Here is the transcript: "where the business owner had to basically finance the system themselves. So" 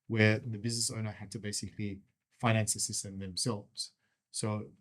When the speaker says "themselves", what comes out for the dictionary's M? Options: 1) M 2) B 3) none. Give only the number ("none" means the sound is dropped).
1